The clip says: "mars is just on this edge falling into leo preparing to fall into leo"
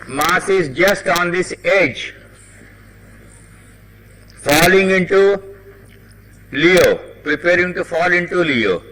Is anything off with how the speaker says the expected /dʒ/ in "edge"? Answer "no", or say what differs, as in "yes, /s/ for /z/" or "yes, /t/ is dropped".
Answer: no